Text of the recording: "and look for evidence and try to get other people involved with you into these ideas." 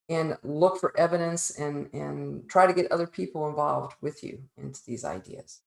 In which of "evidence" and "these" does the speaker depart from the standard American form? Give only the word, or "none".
none